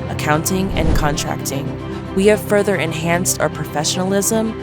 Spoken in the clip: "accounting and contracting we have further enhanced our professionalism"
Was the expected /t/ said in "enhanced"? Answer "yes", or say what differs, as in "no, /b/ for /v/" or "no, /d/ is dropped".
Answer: yes